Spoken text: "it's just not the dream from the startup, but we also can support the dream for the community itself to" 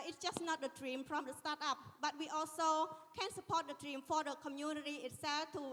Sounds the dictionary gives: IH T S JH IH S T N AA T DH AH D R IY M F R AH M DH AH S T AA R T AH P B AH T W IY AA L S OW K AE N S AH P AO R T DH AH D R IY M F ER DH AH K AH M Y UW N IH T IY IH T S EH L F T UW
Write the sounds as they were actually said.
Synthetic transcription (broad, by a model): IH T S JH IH S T N AA T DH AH D R IY M P R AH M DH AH S T AA T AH P B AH T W IY AA L S OW K AE N S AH P AO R T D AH D R IY M F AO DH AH K AH M Y UW N IH T IY IH T S EH L F T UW